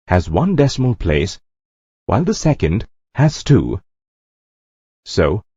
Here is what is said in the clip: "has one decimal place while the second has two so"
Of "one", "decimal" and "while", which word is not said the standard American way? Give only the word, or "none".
none